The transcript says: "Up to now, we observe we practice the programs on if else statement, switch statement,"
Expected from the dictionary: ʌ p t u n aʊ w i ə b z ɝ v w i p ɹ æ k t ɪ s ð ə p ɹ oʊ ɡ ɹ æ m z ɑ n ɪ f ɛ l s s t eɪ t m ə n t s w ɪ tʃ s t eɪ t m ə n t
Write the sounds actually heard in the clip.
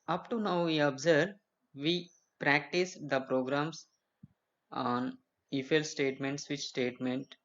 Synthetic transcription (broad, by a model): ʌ p t u n aʊ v i ə b z ɝ v i p ɹ æ k t ɪ s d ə p ɹ oʊ ɡ ɹ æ m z ɑ n ɪ f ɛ l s s t eɪ t m ə n t s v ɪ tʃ s t eɪ t m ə n t